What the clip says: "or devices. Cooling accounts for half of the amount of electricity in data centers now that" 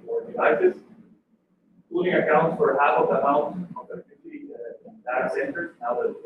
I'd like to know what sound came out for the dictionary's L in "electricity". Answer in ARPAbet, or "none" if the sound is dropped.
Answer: none